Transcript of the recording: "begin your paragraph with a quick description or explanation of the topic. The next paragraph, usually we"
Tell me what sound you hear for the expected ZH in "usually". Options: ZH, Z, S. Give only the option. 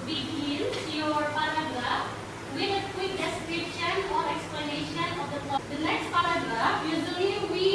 Z